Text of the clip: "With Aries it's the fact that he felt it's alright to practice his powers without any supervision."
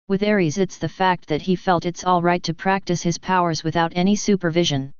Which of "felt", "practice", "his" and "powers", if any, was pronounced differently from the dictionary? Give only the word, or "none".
none